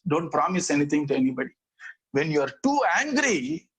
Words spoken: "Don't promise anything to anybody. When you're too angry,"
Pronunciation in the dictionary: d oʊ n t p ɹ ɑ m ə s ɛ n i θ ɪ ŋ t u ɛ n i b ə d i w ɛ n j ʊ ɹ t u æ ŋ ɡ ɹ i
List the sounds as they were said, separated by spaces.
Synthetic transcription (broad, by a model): d oʊ n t p ɹ ɑ m ə s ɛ n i t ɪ ŋ t u ɛ n i b ə d i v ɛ n j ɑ ɹ t u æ ŋ ɡ ɹ i